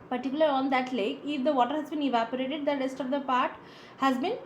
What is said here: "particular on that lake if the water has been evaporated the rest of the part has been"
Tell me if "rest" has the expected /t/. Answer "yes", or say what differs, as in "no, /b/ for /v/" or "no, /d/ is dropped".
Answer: yes